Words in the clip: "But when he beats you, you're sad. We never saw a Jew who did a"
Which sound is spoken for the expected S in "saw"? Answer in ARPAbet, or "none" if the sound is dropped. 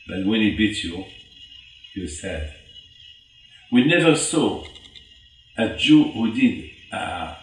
S